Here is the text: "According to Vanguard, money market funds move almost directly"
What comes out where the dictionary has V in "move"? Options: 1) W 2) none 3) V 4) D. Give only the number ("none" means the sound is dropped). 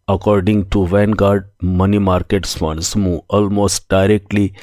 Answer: 2